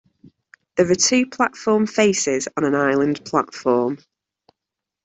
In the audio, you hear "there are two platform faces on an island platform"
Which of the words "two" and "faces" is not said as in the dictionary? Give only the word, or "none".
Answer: none